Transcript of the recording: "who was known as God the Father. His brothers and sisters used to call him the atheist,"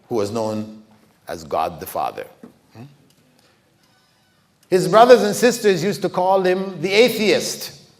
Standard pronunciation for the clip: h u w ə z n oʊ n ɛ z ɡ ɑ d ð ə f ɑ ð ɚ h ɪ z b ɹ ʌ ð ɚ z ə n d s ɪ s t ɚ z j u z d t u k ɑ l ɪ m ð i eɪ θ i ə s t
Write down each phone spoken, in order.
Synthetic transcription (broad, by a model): h u w ə z n oʊ n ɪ z ɡ ɑ d ð ə f ɑ ð ɚ h ɪ z b ɹ ʌ ð ɚ z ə n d s ɪ s t ɚ z j u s t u k ɑ l ɪ m ð i eɪ θ i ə s t